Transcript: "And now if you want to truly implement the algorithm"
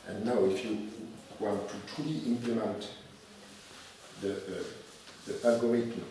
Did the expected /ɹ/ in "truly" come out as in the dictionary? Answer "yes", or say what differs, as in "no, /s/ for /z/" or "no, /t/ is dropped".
no, /ɹ/ is dropped